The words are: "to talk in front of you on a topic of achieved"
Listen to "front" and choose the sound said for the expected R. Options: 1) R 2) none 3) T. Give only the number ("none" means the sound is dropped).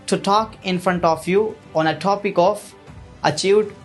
1